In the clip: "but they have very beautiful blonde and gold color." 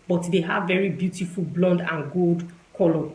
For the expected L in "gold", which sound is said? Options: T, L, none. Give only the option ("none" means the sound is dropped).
L